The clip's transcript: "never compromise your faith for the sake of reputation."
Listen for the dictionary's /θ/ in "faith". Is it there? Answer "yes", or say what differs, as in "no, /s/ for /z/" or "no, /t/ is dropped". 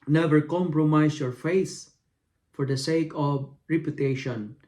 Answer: no, /s/ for /θ/